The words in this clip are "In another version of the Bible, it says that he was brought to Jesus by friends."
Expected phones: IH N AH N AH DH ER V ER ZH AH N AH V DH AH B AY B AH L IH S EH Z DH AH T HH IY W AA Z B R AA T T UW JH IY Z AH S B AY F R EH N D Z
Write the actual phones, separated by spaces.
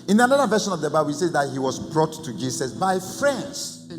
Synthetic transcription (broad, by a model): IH N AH N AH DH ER V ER SH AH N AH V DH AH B AY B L IH S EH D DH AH T HH IY W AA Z B R AA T T UW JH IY S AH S B AY F R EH N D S